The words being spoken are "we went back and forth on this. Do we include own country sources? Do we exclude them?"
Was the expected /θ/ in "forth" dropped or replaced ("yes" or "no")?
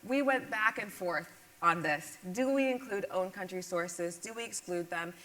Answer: no